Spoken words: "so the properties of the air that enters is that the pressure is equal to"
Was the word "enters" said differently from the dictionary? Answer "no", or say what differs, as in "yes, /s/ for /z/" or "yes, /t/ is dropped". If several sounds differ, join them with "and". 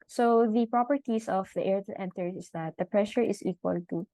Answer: yes, /z/ is dropped